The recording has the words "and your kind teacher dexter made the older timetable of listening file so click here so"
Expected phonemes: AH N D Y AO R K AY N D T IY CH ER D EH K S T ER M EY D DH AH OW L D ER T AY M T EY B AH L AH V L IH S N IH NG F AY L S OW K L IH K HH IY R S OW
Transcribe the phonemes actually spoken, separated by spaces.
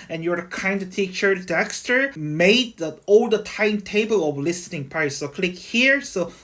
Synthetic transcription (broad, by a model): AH N Y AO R K AY N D T IY CH ER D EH K S T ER M EY D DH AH OW L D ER T AY M T EY B AH L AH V L IH S N IH NG P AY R S OW K L IH K HH IY R S OW